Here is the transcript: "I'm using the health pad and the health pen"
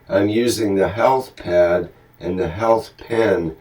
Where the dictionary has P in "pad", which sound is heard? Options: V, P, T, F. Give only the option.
P